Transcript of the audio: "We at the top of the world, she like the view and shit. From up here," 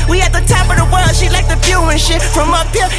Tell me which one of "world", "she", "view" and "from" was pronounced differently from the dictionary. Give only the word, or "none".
view